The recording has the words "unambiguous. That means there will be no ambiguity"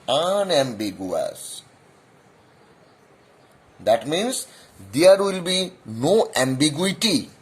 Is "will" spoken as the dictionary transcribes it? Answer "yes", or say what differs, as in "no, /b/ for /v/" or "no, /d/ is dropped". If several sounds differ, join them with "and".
yes